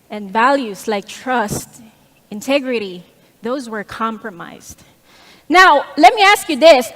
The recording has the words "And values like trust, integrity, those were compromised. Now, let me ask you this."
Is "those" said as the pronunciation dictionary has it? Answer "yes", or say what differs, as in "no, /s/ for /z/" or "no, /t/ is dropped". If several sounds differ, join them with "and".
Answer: yes